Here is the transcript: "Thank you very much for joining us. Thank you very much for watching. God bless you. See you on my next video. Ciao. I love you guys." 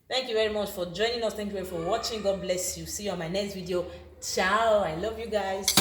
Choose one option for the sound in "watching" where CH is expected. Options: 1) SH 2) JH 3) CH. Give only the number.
3